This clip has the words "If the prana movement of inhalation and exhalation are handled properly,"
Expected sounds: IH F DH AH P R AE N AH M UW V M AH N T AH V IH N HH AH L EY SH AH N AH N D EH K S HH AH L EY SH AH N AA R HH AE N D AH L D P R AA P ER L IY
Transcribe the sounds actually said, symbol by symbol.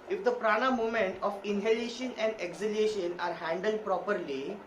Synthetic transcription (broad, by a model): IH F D AH P R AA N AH M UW M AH N T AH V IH N HH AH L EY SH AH N AH N D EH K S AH L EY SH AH N AA R HH AE N D AH L D P R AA P ER L IY